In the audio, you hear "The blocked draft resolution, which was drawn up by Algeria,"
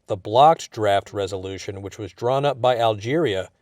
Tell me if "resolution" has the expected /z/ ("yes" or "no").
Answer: yes